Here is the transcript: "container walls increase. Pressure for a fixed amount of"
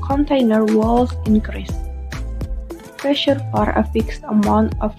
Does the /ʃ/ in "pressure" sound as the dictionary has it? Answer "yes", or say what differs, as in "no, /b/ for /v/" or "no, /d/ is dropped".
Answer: yes